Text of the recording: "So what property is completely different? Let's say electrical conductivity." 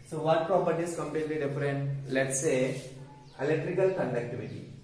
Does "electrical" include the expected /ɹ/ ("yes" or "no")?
yes